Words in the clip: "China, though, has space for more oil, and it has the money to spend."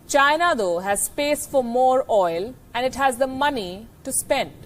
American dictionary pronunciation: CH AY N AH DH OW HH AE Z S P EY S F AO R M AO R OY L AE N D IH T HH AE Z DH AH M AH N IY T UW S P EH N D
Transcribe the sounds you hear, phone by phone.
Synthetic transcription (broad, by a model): CH AY N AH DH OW HH AE Z S P EY S F AO R M AO R OY L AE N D IH T HH AE Z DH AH M AH N IY T UW S P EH N D